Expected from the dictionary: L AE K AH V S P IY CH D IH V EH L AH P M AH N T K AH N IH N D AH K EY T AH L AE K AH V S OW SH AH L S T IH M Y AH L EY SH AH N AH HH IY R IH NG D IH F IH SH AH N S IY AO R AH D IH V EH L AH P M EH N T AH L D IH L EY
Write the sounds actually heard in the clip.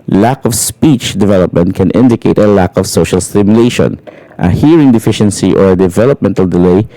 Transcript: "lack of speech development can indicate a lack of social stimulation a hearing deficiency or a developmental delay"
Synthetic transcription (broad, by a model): L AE K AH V S P IY CH D IH V EH L AH P M AH N T K AH N IH N D AH K EY T AH L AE K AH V S OW SH AH L S T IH M Y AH L EY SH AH N AH HH IY R IH NG D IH F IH SH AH N S IY AO R AH D IH V EH L AH P M EH N T AH L D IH L EY